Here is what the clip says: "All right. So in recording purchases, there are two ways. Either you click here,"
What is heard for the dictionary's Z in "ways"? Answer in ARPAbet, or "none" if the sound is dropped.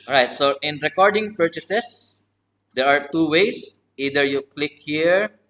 S